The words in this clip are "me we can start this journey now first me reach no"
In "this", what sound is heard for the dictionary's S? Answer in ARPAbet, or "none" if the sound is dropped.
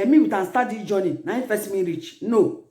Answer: none